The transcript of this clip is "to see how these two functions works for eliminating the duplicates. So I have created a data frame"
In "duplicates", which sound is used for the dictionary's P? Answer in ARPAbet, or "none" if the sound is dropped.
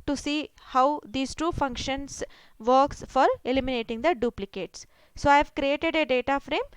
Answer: P